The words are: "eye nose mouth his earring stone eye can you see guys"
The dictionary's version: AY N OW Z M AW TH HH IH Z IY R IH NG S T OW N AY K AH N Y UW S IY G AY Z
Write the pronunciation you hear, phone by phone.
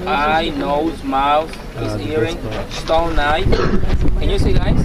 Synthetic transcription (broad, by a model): AY N OW Z M AW TH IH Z IY R IH NG S T OW N AY K AH N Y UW S IY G AY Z